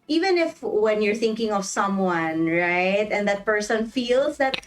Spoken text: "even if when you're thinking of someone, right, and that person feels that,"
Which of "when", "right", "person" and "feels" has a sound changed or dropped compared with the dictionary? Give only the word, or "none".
feels